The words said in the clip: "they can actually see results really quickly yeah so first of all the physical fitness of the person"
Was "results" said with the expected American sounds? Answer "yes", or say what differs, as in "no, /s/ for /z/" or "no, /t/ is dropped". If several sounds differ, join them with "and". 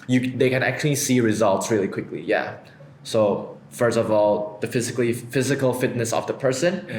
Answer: yes